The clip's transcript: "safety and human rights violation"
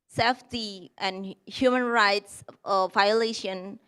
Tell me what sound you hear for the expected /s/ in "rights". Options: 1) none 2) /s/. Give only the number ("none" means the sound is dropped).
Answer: 2